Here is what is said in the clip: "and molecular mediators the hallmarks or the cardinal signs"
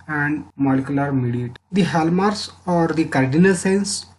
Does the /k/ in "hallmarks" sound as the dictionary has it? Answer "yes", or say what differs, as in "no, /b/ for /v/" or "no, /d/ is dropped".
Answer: no, /k/ is dropped